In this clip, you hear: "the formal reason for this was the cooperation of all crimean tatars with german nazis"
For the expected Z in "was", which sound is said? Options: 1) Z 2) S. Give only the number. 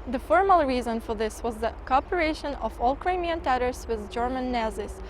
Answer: 1